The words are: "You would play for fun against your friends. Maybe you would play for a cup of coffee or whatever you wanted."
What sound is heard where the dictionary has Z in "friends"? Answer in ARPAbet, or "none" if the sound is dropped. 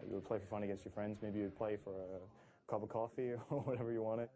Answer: Z